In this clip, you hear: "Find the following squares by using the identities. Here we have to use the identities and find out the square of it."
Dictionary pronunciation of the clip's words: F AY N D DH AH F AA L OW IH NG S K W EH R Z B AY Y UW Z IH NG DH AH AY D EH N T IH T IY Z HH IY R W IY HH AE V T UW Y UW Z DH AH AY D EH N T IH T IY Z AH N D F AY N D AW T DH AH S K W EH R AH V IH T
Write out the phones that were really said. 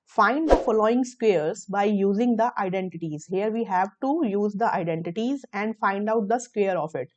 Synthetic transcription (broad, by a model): F AY N D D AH F AA L OW IH NG S K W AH R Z B AY Y UW Z IH NG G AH AY D EH N T IH T IY Z HH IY R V IY HH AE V T UW Y UW Z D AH AY D EH N T IH T IY Z AH N D F AY N D AW T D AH S K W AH R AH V IH T